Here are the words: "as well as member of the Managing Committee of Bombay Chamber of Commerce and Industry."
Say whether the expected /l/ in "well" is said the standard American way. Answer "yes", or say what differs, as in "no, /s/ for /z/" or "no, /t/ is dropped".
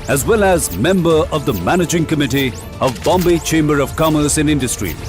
yes